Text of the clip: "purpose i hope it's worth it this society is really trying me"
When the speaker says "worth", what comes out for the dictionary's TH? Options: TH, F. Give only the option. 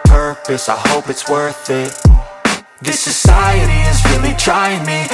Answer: TH